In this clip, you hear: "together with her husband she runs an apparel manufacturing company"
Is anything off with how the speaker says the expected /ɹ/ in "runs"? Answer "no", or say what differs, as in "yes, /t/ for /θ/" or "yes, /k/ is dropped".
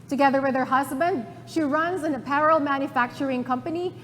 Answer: no